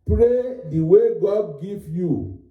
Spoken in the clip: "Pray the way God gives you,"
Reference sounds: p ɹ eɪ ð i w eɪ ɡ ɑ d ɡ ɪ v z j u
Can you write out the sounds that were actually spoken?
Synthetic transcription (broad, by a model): p ɹ eɪ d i w eɪ ɡ ɑ d ɡ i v j u